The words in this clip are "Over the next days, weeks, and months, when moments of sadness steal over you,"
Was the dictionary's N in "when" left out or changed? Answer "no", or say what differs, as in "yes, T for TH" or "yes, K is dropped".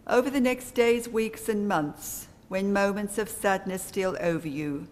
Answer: no